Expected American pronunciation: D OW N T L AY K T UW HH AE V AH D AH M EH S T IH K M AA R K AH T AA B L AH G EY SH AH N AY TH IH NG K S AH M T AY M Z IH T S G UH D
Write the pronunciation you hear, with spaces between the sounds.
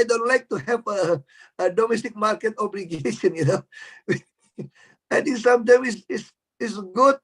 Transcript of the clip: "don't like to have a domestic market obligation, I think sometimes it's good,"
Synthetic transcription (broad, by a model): D OW N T L AY K T UW HH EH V AH D AH M EH S T IH K M AA R K AH T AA B L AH G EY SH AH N AY T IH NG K S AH M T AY M S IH S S G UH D